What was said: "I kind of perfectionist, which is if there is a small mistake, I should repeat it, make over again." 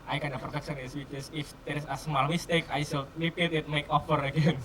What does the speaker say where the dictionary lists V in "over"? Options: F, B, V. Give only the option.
F